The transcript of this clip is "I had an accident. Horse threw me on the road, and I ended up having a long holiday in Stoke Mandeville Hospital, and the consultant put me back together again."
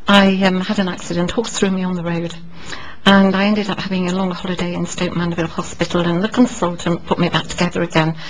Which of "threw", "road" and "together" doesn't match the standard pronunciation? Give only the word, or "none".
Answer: none